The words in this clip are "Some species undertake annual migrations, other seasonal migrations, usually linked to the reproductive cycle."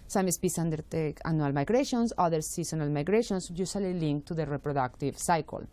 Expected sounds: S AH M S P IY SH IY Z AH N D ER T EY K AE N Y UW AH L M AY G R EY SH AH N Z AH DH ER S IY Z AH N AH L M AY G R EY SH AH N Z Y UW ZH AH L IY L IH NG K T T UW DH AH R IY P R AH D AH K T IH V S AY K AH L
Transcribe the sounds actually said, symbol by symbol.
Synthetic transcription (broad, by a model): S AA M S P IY S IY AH N D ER T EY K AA N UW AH L M AY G R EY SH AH N S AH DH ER S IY S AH N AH L M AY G R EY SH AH N S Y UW S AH L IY L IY NG K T T UW DH AH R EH P R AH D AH K T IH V S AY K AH L